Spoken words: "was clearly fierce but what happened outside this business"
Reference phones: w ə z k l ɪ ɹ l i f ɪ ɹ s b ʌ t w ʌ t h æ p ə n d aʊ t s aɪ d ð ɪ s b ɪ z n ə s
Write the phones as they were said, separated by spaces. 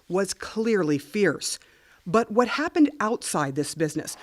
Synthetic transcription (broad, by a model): w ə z k l ɪ ɹ l i f ɪ ɹ s b ʌ t w ʌ t h æ p ə n d aʊ t s aɪ d ð ɪ s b ɪ z n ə s